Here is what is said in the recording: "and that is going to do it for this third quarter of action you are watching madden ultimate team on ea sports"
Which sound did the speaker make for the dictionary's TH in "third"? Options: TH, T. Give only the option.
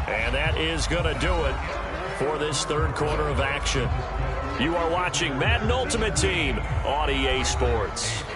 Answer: TH